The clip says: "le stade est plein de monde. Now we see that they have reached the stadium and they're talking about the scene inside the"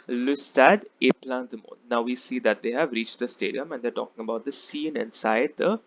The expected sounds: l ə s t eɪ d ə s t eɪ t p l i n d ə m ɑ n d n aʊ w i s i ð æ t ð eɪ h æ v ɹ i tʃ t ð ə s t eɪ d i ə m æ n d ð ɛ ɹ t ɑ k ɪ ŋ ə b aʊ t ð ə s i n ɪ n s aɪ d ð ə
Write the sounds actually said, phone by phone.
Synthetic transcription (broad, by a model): l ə s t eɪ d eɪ p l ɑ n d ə m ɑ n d n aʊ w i s i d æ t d eɪ h æ v ɹ i tʃ t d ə s t eɪ d i ə m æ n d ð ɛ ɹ t ɑ k ɪ ŋ ə b aʊ t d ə s i n ɪ n s aɪ d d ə